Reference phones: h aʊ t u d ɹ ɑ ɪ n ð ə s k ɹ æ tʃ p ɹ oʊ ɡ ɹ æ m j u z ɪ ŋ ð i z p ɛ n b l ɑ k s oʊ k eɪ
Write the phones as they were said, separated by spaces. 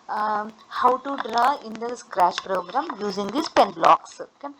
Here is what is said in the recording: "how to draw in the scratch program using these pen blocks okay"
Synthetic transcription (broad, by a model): h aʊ t u d ɹ ɑ ɪ n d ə s k ɹ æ ʃ p ɹ oʊ ɡ ɹ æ m j u z ɪ ŋ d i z p ɛ n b l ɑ k s oʊ k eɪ